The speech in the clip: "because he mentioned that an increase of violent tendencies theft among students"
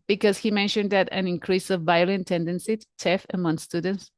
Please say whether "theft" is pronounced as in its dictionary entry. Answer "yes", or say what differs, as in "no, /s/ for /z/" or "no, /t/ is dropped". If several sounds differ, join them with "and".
no, /t/ is dropped